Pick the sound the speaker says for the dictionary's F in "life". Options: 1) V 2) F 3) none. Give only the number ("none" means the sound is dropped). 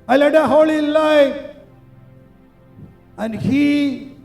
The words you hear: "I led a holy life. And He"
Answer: 3